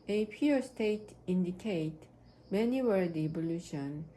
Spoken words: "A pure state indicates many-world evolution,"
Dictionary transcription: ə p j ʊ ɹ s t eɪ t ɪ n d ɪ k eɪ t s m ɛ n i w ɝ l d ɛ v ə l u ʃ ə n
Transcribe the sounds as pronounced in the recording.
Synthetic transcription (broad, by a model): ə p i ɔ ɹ s t eɪ t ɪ n d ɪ k eɪ t m ɛ n i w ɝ d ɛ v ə l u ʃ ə n